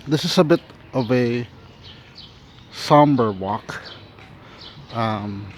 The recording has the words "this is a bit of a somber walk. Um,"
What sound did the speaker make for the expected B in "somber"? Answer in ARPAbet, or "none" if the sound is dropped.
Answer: B